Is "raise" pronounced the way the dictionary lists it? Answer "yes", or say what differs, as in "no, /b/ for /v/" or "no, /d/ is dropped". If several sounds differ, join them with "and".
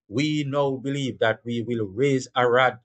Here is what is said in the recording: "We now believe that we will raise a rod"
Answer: yes